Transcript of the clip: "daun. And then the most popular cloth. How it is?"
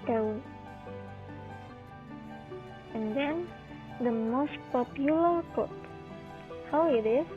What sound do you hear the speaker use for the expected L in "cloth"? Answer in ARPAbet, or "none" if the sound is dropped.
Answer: none